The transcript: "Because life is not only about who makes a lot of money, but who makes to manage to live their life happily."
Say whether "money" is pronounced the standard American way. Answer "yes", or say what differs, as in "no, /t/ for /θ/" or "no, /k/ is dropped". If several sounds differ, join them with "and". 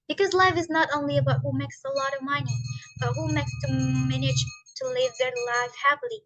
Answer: no, /n/ is dropped